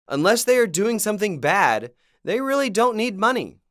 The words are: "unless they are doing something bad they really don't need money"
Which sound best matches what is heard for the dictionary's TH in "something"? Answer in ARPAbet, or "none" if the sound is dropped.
TH